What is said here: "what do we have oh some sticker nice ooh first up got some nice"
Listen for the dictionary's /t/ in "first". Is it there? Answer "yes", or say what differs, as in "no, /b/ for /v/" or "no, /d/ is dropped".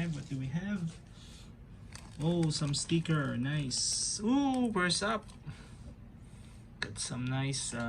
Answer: no, /t/ is dropped